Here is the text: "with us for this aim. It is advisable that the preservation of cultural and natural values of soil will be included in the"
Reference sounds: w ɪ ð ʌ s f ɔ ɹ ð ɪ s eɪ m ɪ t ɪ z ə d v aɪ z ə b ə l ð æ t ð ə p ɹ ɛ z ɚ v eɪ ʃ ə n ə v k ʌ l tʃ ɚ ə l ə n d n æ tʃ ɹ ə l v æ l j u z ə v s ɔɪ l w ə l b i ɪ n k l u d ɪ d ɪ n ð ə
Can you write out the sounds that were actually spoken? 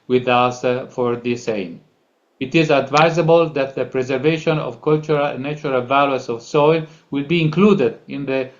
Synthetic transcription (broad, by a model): w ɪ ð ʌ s f ɔ ɹ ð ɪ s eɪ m ɪ t ɪ z ə d v aɪ z ə b ə l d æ t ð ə p ɹ ɛ z ɚ v eɪ ʃ ə n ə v k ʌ l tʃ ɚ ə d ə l n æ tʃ ɹ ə l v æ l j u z ə v s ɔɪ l w ə l b i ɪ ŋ k l u d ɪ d ɪ n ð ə